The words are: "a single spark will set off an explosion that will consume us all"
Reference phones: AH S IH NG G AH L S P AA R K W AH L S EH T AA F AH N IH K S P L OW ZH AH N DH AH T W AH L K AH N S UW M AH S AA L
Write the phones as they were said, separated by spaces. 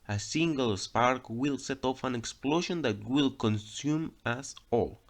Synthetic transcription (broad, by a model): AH S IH NG G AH L S P AA R K W AH L S EH T AA F AH N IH K S P L OW SH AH N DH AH T W AH L K AH N S UW M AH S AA L